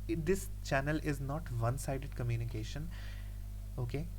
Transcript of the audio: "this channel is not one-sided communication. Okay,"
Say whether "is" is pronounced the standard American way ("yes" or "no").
yes